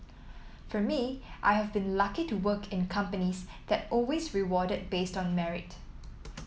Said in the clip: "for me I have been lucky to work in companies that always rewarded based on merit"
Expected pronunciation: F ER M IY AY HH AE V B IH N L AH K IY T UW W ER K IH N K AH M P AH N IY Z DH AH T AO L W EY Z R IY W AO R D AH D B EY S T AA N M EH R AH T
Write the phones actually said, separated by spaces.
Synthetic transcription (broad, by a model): F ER M IY AY HH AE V B IH N L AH K IY T UW W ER K IH N K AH M P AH N IY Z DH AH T AO L W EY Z R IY W AO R D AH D B EY S T AA N M EH R AH T